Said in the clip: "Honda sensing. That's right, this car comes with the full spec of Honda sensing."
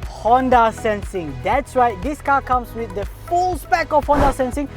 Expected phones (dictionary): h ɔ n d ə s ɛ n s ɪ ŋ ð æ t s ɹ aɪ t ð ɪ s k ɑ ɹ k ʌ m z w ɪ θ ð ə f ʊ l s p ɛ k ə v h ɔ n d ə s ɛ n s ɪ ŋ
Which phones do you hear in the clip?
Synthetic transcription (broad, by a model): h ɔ n d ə s ɛ n s ɪ ŋ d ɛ t s w aɪ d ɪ s k ɑ k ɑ m s w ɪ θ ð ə f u l s p ɛ k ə f h ɔ n d ə s ɛ n s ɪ ŋ